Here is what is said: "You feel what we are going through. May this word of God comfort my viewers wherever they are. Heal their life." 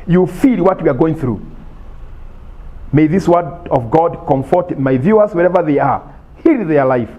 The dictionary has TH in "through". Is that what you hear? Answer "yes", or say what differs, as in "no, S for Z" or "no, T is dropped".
yes